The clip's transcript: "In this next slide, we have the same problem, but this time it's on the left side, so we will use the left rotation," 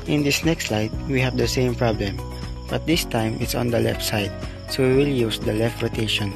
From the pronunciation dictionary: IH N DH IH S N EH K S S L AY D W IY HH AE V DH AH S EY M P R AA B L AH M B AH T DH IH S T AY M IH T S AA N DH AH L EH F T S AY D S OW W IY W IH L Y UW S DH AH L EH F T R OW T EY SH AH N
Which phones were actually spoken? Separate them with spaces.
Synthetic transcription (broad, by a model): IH N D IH S N EH K S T L AY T W IY HH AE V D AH S EY M P R AA B L AH M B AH T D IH S T AY M IH T S AA N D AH L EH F S AY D S OW W IY W IH L Y UW S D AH L EH F T R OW T EY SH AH N